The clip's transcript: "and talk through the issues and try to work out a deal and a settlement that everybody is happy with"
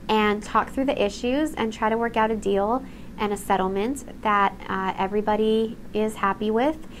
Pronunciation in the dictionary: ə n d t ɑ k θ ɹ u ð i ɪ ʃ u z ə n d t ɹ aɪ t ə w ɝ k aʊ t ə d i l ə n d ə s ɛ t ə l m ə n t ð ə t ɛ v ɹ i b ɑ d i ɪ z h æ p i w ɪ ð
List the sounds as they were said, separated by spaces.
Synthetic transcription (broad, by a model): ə n t ɑ k θ ɹ u ð i ɪ ʃ u z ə n t ɹ aɪ t ə w ɝ k aʊ t ə d i l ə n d ə s ɛ t l m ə n ð ə t ɛ v ɹ i b ɑ d i ɪ z h æ p i w ɪ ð